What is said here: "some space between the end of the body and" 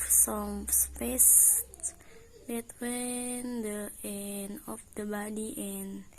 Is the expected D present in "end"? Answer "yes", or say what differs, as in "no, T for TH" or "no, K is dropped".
no, D is dropped